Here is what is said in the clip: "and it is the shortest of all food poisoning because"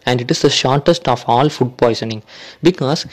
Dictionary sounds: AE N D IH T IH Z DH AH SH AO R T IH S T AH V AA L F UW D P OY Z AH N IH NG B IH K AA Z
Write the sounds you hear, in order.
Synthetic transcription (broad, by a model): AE N D IH T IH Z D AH SH AO R T IH S T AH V AA L F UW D P OY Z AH N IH NG B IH K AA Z